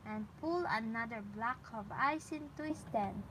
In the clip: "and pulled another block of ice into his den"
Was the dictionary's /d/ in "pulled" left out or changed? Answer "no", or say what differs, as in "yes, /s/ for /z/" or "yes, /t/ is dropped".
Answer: yes, /d/ is dropped